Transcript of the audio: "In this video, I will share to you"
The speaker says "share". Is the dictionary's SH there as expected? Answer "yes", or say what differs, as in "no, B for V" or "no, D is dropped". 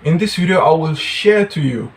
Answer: yes